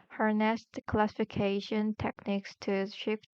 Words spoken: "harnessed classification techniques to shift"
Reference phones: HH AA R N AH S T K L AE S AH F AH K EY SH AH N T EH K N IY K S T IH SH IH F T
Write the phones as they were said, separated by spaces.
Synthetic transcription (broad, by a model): HH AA R N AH S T K L AE S AH F AH K EY SH AH N T EH K N IY K S T IH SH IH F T